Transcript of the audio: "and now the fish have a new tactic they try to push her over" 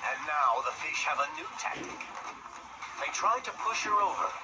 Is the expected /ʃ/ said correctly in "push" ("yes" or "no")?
yes